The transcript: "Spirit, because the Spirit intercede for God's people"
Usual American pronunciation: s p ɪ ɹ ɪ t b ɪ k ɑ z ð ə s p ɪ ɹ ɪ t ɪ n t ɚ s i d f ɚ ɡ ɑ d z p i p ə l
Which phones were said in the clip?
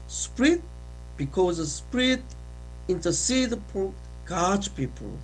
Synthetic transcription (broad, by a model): s p ɹ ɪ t b ɪ k ɑ z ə s p ɹ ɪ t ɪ n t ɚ s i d p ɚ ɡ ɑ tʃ p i p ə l